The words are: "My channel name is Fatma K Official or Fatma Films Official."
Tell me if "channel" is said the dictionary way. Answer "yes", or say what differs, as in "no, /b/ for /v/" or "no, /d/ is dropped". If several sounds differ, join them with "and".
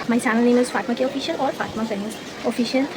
no, /s/ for /tʃ/